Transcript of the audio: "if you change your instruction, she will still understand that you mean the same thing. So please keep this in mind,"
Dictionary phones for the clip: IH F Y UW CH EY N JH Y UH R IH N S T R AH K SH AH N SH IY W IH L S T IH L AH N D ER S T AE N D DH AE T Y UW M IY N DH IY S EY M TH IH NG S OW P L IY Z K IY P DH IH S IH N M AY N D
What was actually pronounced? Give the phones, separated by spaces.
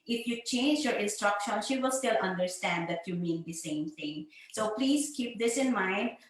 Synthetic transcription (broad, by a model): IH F Y UW CH EY N JH Y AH R IH N S T R AH K SH AH N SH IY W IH L S T IH L AH N D ER S T AE N D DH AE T Y UW M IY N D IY S EY M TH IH NG S OW P L IY Z K IY P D IH S IH N M AY N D